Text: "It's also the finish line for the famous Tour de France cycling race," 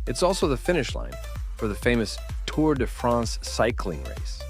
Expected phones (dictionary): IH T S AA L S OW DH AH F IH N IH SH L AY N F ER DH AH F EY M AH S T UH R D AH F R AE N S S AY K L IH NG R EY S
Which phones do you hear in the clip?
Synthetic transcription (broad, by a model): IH T S AA L S OW DH AH F IH N IH SH L AY N F ER DH AH F EY M AH S T UH R D AH F R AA N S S AY K L IH NG R EY S